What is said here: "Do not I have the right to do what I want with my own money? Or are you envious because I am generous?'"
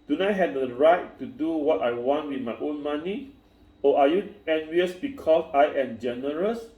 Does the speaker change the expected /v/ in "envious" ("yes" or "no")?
no